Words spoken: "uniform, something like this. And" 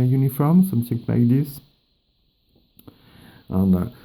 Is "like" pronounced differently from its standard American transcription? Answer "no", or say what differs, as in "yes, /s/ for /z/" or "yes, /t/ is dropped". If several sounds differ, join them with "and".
yes, /n/ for /l/